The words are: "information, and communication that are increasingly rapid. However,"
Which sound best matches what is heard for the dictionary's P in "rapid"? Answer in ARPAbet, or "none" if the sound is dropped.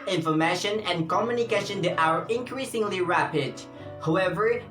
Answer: P